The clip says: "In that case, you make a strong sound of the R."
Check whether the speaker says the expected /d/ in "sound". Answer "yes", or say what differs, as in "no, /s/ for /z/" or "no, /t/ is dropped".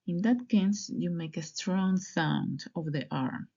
yes